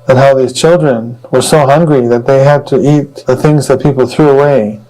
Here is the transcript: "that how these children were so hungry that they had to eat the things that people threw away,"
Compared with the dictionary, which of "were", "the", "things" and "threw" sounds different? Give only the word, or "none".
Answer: none